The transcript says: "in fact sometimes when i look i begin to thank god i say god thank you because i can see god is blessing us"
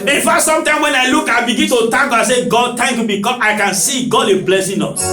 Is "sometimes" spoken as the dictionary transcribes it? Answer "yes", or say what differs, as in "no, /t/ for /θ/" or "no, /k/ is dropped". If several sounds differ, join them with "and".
no, /z/ is dropped